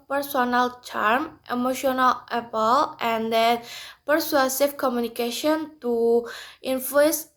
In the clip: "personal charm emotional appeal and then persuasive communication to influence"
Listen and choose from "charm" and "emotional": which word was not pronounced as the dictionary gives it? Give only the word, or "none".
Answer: none